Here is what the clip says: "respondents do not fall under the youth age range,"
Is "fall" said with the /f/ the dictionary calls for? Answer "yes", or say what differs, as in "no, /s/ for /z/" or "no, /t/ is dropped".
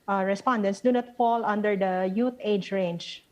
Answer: yes